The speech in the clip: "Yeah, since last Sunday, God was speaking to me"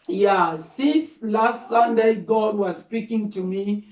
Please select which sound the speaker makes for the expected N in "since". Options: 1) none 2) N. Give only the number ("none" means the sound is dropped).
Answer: 1